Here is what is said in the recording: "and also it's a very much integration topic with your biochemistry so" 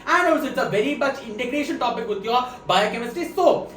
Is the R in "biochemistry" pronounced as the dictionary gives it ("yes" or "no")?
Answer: no